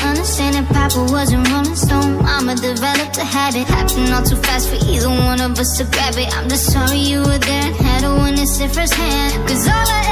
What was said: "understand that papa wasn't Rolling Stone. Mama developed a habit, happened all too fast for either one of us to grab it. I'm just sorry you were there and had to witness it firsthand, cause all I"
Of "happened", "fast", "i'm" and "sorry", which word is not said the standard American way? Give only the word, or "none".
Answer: happened